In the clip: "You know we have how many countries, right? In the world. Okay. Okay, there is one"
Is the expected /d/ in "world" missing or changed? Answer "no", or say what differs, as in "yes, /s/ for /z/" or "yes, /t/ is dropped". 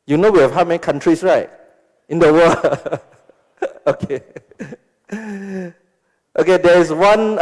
yes, /d/ is dropped